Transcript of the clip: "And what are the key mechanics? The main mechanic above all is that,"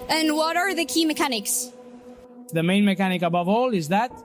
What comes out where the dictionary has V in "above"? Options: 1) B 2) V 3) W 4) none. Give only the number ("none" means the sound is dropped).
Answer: 2